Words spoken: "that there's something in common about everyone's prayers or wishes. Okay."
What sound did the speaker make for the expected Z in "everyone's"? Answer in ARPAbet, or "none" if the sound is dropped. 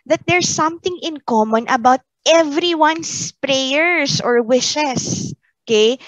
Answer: S